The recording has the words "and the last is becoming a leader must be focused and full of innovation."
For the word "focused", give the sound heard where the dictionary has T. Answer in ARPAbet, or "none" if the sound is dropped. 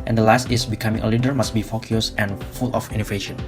none